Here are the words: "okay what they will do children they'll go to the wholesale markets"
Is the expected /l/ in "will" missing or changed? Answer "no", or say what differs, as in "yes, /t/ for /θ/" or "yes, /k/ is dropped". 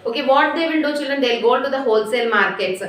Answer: yes, /n/ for /l/